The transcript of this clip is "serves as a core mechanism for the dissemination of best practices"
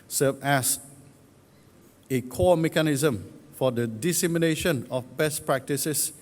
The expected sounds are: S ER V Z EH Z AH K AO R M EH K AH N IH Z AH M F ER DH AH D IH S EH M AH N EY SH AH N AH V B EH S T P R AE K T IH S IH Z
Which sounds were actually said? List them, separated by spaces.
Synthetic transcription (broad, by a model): S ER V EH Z AH K AO M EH K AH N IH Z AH M F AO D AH D IH S EH M AH N EY SH AH N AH F B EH S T P R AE K T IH S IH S